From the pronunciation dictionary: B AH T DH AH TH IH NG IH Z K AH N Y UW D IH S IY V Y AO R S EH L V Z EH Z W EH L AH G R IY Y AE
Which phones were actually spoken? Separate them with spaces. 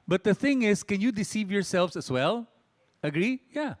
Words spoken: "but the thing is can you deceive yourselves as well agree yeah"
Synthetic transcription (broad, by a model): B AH T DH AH TH IH NG IH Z K AH N Y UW D IH S IY V Y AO R S EH L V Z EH S W EH L AH G R IY Y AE